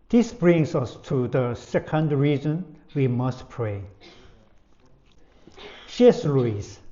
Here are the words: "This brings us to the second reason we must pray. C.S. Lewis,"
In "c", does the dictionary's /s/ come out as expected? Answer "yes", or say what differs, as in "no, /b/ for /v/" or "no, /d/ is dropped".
no, /ʃ/ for /s/